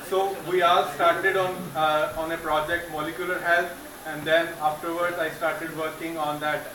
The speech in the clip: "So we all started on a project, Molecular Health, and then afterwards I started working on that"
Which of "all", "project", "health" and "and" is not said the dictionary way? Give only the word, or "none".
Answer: health